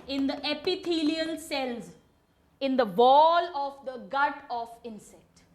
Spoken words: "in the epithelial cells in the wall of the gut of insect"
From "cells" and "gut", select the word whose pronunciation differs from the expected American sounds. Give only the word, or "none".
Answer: none